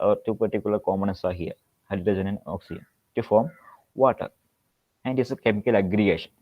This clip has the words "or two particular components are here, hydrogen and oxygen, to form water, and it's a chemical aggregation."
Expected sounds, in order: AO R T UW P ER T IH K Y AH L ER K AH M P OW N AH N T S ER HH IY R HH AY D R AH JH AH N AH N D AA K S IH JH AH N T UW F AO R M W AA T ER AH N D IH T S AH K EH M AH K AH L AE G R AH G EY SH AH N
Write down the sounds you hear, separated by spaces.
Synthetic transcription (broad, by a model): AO R T UW P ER T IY K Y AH L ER K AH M OW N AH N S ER HH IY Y HH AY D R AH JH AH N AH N AA K S IH JH AH N T UW F AO R M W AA T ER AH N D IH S AH K EH M AH K AH L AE G R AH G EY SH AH N